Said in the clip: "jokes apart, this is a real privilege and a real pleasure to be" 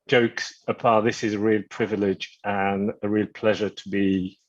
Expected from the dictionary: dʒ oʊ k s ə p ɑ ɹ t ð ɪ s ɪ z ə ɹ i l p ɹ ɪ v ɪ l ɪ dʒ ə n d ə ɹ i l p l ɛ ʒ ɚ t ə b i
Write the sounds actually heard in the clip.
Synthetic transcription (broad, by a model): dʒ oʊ k s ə p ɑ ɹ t ð ɪ s ɪ z ə ɹ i l p ɹ ɪ v ɪ l ɪ dʒ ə n ə ɹ i l p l ɛ ʒ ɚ t ə b i